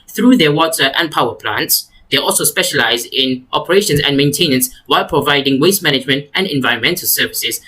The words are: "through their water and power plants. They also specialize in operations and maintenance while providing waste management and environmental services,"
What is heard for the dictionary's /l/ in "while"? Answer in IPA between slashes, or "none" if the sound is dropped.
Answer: /l/